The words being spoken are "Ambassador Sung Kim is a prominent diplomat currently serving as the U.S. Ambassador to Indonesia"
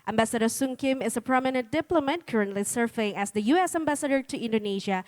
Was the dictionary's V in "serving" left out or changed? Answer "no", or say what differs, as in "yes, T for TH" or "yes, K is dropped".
yes, F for V